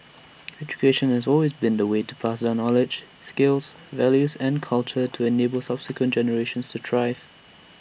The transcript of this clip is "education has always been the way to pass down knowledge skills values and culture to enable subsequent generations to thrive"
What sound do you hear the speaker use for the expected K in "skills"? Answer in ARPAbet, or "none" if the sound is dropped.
K